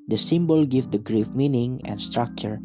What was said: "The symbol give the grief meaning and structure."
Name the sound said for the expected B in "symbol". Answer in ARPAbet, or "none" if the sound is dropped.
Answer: B